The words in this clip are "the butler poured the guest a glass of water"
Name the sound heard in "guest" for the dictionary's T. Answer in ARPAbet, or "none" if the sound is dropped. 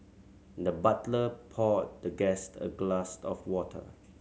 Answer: T